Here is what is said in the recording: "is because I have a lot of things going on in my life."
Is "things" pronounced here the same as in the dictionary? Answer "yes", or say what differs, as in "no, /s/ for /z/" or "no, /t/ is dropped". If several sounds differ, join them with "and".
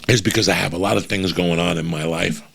yes